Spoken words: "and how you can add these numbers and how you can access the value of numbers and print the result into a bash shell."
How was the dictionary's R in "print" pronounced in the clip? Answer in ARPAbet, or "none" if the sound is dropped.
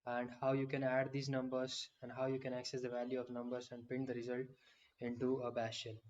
none